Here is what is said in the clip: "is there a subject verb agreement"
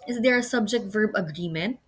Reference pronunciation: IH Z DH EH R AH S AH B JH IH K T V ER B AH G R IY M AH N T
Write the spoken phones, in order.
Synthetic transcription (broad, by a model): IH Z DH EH R AH S AH B JH IH K T V ER B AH G R IY M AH N T